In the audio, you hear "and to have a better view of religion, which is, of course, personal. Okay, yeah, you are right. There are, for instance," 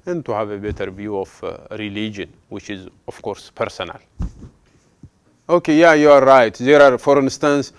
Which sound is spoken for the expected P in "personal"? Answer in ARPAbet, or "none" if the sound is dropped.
P